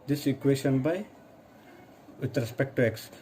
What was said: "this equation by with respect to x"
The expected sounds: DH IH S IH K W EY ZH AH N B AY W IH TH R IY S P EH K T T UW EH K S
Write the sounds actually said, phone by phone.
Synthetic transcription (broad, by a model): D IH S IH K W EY S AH N B AY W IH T R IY S P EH K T T UW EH K S